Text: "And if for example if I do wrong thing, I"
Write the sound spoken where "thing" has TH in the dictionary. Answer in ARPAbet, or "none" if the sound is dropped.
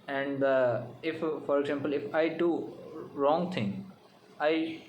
T